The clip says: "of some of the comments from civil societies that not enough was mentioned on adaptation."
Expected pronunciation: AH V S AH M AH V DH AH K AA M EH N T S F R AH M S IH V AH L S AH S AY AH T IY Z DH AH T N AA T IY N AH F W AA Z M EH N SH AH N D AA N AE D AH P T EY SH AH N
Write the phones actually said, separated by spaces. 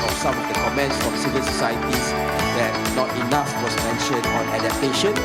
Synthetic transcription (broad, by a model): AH S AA M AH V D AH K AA M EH N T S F R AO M S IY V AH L S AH S AY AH T IY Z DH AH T N AA T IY N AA F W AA S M EH N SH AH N AA N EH D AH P T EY SH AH N